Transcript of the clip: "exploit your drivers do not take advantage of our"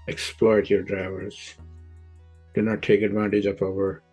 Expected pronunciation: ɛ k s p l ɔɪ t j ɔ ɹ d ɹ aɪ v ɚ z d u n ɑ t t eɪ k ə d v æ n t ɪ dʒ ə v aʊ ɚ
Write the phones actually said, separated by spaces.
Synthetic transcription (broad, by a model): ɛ k s p l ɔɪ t j ɔ ɹ d ɹ aɪ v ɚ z d u n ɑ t t eɪ k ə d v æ n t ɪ dʒ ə p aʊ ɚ